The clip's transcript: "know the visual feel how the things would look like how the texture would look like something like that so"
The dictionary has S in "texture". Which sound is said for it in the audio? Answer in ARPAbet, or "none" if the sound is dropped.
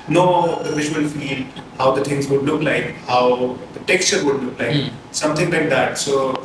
S